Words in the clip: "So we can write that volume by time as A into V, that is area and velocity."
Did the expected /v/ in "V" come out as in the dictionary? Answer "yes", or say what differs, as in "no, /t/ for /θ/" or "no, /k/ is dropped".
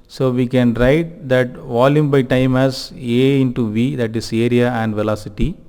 yes